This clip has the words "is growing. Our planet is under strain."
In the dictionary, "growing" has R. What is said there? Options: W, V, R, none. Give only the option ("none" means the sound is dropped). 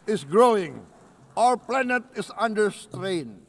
R